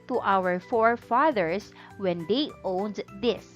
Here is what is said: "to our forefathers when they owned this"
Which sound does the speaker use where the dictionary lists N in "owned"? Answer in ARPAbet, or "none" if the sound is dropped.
N